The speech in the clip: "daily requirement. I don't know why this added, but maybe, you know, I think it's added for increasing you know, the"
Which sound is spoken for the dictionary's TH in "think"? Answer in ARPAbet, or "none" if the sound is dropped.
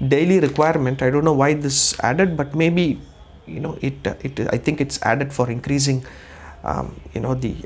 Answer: T